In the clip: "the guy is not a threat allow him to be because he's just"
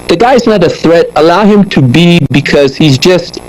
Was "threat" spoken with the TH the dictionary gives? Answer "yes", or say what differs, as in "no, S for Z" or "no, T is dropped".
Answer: yes